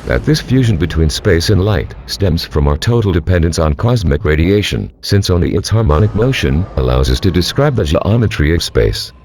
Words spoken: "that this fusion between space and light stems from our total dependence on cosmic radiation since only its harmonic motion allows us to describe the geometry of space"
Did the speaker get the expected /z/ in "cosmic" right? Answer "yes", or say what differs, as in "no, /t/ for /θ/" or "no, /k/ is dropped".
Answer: yes